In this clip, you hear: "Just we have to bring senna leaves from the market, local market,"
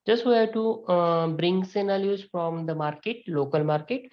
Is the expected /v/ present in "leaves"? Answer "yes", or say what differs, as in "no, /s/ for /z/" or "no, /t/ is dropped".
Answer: no, /v/ is dropped